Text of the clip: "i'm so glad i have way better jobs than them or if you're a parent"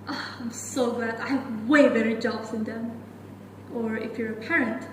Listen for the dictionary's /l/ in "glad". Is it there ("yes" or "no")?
no